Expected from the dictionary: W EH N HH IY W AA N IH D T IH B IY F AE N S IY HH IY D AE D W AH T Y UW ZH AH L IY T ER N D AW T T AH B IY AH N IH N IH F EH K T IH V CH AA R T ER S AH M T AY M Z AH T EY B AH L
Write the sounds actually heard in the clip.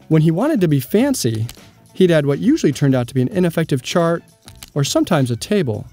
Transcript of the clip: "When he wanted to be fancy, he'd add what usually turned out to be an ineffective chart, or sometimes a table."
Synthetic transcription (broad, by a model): W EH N IY W AA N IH D T IH B IY F AE N S IY HH IY D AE D W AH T Y UW ZH L IY T ER N D AW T T AH B IY AH N IH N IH F EH K T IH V CH AA R T ER S AH M T AY M Z AH T EY B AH L